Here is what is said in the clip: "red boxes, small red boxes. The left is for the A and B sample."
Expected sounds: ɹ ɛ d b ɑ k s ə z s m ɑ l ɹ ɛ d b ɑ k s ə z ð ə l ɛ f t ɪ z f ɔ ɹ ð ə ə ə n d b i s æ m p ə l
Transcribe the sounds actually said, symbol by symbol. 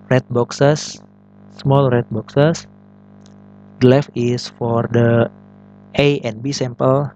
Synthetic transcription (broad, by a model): ɹ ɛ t b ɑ k s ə s m ɑ l ɹ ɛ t b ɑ k s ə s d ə l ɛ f ɪ s f ɔ ɹ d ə ə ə n b i s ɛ m p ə l